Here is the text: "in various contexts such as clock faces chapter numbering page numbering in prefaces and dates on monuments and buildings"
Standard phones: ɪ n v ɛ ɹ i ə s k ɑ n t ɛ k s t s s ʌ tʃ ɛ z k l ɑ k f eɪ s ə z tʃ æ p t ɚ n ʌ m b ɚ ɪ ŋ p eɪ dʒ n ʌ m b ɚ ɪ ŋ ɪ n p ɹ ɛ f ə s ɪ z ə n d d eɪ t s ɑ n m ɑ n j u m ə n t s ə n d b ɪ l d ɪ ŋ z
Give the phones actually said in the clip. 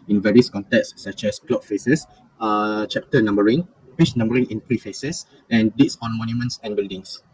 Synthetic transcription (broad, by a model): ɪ n v ɛ ɹ i ə s k ɑ n t ɛ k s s s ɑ tʃ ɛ s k l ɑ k f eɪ s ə s tʃ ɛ p t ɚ n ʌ m b ɚ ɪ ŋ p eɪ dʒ n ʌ m b ɚ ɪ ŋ ɪ n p ɹ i f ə s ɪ s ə n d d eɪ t s ɑ n m ɑ n j u m ə n t s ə n b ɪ l d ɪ ŋ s